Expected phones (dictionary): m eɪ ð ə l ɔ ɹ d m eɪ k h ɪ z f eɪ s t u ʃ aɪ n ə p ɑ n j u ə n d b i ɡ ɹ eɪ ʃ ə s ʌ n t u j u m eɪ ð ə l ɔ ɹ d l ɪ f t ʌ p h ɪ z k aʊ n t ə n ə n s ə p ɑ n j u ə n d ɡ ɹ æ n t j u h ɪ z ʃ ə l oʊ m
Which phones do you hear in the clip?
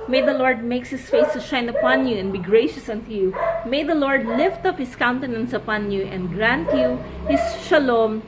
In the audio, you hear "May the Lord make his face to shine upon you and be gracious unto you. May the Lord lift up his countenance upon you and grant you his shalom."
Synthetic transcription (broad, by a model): m eɪ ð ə l ɔ ɹ d m eɪ k h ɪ s f eɪ s t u ʃ aɪ n ə p ɑ n j u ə n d b i ɡ ɹ eɪ ʃ ə s ʌ n t u j u m eɪ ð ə l ɔ ɹ d l ɪ f t ʌ p h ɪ s k aʊ n t ə n ə n s ə p ɑ n j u ə n d ɡ ɹ æ n t j u h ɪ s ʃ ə l oʊ m